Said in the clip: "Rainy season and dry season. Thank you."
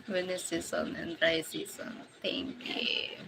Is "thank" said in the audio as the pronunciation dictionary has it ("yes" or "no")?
no